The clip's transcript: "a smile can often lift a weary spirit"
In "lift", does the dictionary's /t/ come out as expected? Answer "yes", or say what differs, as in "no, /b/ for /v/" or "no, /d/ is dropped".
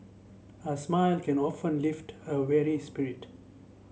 yes